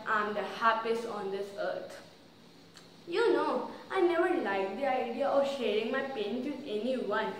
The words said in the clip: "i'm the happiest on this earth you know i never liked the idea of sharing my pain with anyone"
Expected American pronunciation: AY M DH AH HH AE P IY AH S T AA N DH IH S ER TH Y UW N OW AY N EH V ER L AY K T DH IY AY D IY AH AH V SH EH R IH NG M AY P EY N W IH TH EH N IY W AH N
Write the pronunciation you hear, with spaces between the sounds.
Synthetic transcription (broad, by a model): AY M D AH HH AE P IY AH S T AA N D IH S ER T Y UW N OW AY N EH V ER L AY K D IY AY D IY AH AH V SH EH R IH NG M AY P EY N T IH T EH N IY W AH N